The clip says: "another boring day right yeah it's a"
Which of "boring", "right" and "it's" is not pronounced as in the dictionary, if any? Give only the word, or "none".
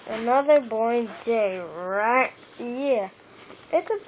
boring